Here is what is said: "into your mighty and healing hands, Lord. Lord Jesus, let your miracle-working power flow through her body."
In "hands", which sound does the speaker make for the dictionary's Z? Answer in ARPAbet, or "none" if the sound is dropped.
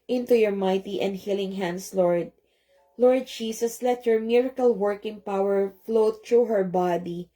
S